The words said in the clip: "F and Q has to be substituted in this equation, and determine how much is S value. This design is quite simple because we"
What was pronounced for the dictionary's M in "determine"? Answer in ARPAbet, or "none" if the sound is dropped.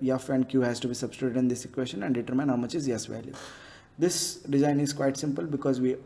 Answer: M